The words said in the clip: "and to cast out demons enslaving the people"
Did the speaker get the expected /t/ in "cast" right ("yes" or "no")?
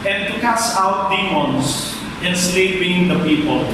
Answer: no